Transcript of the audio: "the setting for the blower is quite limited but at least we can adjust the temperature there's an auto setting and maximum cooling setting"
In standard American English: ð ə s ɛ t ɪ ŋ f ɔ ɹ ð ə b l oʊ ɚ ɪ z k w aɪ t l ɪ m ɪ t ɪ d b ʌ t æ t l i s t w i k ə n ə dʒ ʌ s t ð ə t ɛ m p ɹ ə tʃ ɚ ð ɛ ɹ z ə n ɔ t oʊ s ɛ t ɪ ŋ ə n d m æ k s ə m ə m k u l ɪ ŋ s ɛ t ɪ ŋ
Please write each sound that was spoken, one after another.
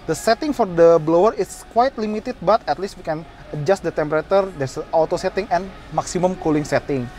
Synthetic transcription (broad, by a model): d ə s ɛ t ɪ ŋ f ɔ ɹ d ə b l oʊ ɚ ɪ s k w aɪ t l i m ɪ t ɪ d b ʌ t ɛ t l i s t w i k ə n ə dʒ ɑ s t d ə t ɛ m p ɹ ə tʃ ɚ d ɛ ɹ s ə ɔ t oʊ s ɛ t ɪ ŋ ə n m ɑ k s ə m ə m k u l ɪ ŋ s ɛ t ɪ ŋ